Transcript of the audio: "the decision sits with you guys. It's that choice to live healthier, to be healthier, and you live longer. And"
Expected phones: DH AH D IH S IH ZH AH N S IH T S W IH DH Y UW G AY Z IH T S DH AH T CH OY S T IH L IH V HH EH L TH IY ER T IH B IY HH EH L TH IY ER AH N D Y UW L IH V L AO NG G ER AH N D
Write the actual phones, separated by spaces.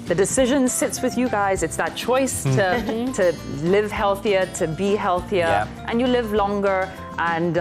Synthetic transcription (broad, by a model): DH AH D IH S IH ZH AH N S IH T S W IH DH Y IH G AY Z IH T S DH AH T CH OY S T IH L IH V HH EH L TH IY ER T IH B IY HH EH L TH IY ER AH N Y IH L IH V L AO NG G ER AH N